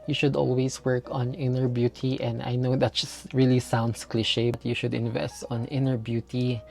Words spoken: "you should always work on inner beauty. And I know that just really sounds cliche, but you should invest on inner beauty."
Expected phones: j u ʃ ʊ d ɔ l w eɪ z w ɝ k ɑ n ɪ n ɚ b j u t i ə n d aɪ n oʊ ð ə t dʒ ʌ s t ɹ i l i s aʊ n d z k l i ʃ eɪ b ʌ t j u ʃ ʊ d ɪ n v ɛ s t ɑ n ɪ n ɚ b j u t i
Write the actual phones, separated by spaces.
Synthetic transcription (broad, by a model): j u ʃ ʊ d ɔ l w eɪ s w ɝ k ɑ n ɪ n ɚ b j u t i ə n d aɪ n oʊ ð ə t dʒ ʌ s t ɹ i l i s aʊ n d s k l i ʃ eɪ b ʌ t j u ʃ ʊ d ɪ n v ɛ s t ɑ n ɪ n ɚ b j u t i